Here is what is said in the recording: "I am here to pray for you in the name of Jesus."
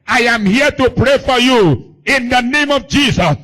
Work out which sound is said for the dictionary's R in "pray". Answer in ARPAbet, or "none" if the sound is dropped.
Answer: R